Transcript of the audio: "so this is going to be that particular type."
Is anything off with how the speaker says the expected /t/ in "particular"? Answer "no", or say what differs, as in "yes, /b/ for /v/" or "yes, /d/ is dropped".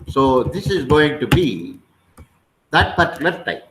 yes, /s/ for /t/